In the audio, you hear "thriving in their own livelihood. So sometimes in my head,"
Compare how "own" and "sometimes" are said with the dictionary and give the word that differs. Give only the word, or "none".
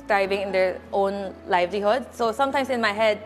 sometimes